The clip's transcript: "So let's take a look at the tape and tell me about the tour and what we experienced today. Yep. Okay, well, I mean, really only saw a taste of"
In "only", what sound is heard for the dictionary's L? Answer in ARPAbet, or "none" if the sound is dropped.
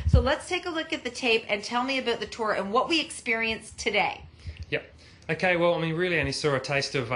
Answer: none